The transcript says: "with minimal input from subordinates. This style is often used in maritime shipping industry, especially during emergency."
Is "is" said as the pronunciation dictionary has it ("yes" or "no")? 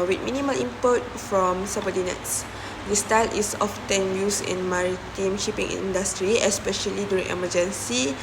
no